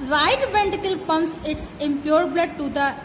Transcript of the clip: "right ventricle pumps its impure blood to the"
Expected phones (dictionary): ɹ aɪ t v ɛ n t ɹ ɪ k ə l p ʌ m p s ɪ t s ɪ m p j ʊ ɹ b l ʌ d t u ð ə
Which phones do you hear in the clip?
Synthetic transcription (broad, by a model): ɹ aɪ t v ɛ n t ɪ k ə l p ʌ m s ɪ t s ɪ m p j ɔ ɹ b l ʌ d t u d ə